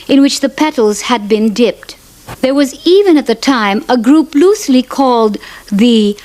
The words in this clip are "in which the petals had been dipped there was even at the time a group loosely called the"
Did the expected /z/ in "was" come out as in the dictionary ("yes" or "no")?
yes